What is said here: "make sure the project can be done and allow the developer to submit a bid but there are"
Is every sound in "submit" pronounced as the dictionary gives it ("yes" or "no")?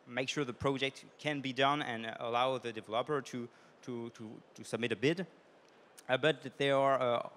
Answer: yes